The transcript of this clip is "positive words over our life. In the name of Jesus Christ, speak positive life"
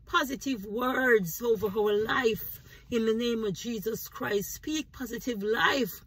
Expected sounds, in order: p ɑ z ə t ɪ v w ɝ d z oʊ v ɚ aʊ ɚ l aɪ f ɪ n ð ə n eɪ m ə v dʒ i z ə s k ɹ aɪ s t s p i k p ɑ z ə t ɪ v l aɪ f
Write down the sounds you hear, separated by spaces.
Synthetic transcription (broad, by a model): p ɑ z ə t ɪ v w ɝ d z oʊ v ɚ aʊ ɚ l aɪ f ɪ n ð ə n eɪ m ə v dʒ i z ə s k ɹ aɪ s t s p i k p ɑ z ə t ɪ v l aɪ f